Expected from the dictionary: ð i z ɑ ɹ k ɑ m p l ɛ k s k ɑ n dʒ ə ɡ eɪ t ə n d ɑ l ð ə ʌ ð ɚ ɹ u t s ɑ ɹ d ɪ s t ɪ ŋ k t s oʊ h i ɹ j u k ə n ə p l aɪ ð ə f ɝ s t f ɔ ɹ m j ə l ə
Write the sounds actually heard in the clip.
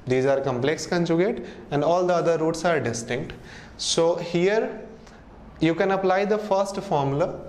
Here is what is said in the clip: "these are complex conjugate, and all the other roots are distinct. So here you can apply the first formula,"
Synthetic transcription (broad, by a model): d i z ɑ ɹ k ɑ m p l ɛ k s k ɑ n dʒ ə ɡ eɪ t ə n d ɑ l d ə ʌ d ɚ ɹ u t s ɑ ɹ d ɪ s t ɪ ŋ k t s oʊ h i ɹ j u k ə n ə p l aɪ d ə f ɝ s t f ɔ ɹ m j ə l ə